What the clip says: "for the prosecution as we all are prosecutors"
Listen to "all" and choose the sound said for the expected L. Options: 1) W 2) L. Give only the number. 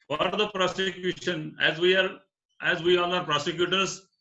1